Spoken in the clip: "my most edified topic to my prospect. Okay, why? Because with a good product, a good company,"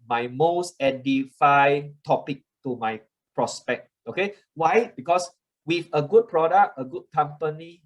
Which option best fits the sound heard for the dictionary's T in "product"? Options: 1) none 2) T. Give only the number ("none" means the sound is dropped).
1